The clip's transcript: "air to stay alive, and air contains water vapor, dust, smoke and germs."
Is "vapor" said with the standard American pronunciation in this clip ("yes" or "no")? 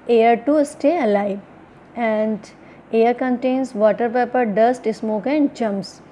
no